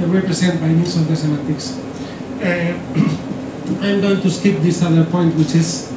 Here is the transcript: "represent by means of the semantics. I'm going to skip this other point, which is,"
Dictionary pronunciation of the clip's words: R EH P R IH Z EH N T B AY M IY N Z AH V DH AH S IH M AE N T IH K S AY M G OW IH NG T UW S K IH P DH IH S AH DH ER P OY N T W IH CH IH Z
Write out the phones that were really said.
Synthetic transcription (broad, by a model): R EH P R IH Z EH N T B AY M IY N S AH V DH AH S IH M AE T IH K S AY M G OW IH NG T UW S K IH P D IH S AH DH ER P OY N T W IH CH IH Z